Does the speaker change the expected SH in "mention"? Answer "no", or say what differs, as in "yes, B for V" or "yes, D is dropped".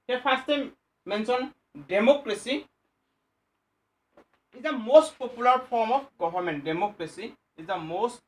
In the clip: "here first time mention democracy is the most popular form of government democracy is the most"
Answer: yes, S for SH